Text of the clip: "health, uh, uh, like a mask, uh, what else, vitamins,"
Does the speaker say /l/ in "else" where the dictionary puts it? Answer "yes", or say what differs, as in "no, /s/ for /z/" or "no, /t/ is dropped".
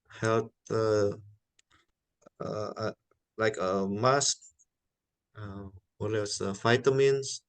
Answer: no, /l/ is dropped